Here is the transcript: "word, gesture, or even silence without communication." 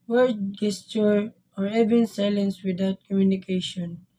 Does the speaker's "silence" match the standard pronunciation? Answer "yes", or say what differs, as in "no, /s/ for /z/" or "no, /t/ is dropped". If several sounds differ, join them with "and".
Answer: yes